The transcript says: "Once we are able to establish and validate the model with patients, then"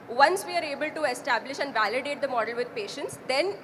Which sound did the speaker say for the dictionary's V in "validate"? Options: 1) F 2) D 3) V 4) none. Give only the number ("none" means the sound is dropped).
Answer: 3